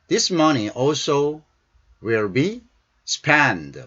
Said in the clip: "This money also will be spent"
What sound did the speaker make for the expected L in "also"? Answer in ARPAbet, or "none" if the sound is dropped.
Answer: L